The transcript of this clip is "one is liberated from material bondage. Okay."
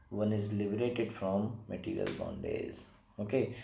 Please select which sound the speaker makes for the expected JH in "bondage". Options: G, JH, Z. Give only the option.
Z